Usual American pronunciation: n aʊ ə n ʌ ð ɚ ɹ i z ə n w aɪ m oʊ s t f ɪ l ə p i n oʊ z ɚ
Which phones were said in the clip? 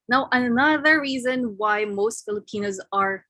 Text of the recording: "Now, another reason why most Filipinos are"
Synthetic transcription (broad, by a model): n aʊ ə n ʌ ð ɚ ɹ i z ə n w aɪ m oʊ s t f ɪ l ə p i n oʊ z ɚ